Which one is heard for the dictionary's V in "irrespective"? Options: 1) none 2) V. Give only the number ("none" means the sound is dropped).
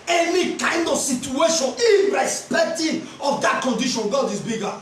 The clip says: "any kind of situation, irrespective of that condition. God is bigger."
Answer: 1